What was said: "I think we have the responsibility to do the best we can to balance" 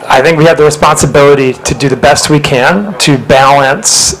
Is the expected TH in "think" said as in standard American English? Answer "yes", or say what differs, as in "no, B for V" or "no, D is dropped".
yes